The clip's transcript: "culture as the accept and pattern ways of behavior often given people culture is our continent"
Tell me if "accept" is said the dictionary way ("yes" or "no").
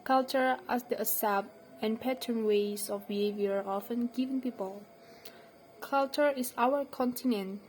no